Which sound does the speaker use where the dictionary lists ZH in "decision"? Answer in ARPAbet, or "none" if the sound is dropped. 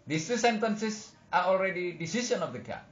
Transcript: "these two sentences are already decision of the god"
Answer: S